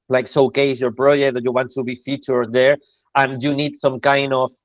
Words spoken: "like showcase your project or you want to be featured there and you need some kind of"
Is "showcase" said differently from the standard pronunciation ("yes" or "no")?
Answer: yes